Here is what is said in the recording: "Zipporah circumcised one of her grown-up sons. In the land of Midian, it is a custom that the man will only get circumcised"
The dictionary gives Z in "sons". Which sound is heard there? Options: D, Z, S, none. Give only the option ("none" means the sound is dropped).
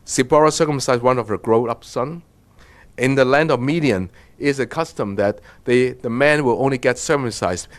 none